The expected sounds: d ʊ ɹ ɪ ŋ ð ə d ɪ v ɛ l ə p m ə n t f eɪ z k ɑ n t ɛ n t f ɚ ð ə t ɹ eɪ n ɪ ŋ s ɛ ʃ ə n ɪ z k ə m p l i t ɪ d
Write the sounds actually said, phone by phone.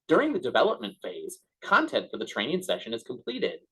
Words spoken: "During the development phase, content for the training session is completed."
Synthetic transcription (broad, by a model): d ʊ ɹ ɪ ŋ ð ə d ɪ v ɛ l ə p m ə n t f eɪ z k ɑ n t ɛ n t f ɚ ð ə t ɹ eɪ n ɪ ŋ s ɛ ʃ ə n ɪ z k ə m p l i t ɪ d